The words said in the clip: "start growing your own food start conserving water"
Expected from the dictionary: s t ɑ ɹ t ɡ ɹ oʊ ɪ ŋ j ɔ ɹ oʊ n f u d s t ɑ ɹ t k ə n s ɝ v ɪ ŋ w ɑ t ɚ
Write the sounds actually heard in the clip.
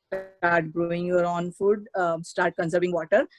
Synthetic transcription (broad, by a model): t ɑ ɹ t ɡ ɹ oʊ ɪ ŋ j ɔ ɹ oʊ n f u d s t ɑ ɹ t k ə n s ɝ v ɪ ŋ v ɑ t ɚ